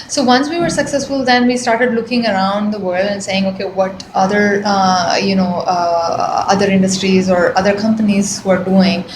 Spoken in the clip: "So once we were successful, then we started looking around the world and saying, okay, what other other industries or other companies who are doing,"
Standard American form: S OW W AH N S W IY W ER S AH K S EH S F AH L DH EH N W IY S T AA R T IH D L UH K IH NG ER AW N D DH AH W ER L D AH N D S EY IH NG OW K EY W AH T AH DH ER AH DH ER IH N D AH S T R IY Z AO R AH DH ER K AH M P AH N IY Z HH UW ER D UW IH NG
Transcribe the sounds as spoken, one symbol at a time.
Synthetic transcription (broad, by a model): S OW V AH N S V IY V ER S AH K S EH S F AH L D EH N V IY S T AA R T IH D L UH K IH NG ER AW N D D AH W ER L D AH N S EY IH NG OW K EY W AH T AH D ER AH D ER IH N D AH S T R IY Z AO R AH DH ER K AH M P AH N IY Z HH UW ER D UW IH NG